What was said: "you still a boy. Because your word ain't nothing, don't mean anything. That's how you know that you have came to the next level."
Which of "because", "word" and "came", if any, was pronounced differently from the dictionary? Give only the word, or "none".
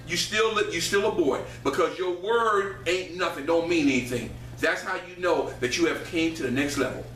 none